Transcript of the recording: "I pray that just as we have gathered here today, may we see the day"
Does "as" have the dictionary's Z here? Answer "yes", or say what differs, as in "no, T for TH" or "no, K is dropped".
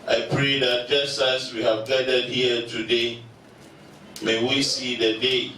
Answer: no, S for Z